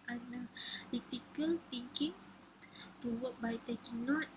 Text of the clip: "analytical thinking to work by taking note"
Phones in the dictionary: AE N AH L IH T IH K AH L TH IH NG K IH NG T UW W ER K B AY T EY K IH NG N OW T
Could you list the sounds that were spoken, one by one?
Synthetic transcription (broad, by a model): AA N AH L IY T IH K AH L T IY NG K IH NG T UW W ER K B AY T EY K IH N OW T